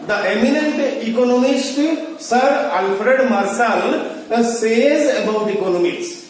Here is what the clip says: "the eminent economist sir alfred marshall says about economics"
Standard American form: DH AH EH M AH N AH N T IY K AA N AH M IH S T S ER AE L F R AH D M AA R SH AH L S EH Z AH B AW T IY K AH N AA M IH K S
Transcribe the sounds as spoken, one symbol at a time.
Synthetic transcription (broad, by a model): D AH EH M AH N AH N T IY K AA N AH M IH S T S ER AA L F R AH D M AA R S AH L S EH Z AH B AW T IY K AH N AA M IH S